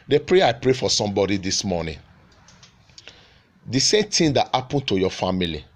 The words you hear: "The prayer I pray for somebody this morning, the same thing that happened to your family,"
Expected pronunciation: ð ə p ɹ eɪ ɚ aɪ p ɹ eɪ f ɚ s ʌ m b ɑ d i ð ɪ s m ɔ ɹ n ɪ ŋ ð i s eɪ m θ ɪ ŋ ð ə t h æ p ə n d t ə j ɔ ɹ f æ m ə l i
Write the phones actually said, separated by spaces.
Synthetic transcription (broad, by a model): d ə p ɹ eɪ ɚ aɪ p ɹ eɪ f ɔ s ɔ m b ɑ d i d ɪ s m ɔ n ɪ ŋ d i s eɪ m t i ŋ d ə t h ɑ p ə n t ə j ɔ f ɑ m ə l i